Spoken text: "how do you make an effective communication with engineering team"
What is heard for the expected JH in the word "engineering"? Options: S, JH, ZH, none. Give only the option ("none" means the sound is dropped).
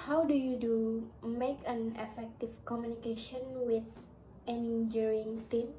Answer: none